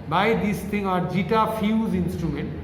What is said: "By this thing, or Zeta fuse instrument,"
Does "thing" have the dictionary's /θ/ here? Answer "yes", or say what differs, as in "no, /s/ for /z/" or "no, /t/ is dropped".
no, /t/ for /θ/